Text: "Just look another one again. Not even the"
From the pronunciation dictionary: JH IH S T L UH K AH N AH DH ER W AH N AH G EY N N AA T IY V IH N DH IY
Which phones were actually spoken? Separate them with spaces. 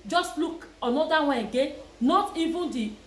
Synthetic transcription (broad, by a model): JH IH S T L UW K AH N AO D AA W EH AH G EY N N AA T IY V IH N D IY